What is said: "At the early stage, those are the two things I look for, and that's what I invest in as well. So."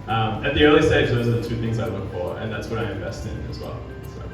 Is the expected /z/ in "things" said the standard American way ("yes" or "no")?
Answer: yes